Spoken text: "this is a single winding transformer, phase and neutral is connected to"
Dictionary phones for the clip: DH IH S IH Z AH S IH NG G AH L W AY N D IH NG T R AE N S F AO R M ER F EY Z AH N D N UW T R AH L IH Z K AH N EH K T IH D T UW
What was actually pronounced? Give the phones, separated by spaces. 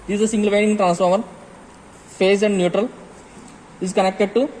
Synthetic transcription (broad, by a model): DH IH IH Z AH S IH NG G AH L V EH D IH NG T R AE N S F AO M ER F EY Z AH N D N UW T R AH L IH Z K AH N EH K T IH D T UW